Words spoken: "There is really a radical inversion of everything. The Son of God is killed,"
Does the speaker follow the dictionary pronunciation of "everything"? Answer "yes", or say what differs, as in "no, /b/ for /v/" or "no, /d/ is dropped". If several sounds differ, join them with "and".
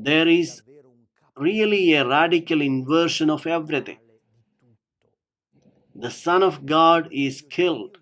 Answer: no, /t/ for /θ/